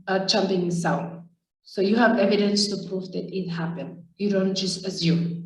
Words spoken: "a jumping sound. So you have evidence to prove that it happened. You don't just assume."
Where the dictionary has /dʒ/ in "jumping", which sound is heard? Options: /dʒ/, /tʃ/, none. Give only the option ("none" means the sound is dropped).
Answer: /tʃ/